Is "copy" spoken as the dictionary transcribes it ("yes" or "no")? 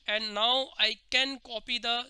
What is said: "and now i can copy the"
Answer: yes